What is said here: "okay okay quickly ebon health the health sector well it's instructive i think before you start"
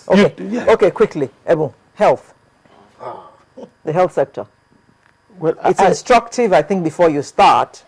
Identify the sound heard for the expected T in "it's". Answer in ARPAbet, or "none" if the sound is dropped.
T